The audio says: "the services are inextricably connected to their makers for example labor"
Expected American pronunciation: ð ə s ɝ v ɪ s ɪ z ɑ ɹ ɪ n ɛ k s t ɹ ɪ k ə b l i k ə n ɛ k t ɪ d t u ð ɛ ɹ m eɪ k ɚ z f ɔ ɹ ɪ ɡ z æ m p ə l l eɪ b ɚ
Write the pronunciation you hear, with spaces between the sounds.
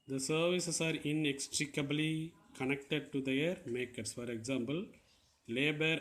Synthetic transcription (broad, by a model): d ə s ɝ v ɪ s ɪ s ɑ ɹ ɪ n ɛ k s t ɹ ɪ k ə b l i k ə n ɛ k t ɪ d t u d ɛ ɹ m eɪ k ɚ s f ɔ ɹ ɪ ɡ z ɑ m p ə l l eɪ b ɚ